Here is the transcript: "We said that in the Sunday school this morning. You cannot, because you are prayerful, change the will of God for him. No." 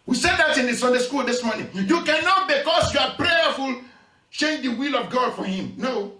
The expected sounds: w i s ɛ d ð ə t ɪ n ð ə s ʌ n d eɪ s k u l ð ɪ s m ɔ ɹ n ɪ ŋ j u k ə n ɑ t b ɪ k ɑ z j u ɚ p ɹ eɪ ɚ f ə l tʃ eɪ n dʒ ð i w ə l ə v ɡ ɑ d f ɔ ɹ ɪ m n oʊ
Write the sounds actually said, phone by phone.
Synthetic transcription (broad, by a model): w i s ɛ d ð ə t ɪ n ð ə s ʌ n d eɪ s k u l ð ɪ s m ɔ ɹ n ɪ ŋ j u k ə n ɑ t b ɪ k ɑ s j u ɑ p ɹ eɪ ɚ f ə l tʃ eɪ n dʒ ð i w ə l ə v ɡ ɑ d f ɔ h ɪ m n oʊ